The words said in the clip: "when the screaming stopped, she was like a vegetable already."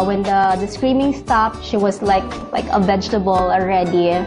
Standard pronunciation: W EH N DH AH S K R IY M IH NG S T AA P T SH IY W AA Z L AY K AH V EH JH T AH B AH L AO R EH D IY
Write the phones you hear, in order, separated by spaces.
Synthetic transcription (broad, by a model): W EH N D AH S K R IY M IH NG S T AA P T SH IY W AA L L AY K AH V EH JH T AH B AH L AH R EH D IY